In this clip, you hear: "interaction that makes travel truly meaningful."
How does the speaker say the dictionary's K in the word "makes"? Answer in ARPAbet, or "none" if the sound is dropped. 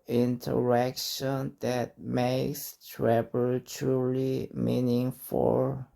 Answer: K